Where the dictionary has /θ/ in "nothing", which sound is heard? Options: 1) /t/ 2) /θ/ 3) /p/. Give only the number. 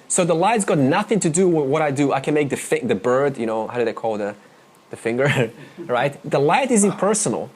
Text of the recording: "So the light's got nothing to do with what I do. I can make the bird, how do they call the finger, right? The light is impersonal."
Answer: 2